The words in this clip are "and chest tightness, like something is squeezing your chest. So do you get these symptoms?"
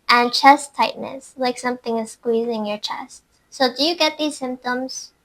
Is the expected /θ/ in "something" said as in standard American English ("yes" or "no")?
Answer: yes